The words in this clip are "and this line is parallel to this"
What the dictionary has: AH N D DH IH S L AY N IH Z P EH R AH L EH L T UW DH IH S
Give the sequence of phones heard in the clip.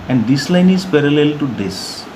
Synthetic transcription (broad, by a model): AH N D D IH S L AY N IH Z P EH R AH L EH L T UW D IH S